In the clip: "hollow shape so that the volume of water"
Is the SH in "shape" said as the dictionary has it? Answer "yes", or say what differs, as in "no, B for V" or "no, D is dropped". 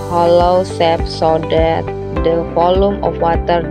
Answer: no, S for SH